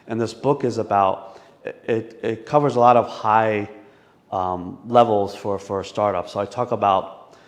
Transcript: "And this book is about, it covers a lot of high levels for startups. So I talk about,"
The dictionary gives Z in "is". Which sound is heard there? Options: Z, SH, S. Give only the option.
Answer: Z